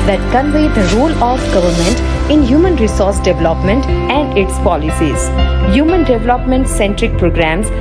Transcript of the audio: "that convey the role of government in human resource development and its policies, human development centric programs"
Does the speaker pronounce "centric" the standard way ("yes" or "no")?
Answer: yes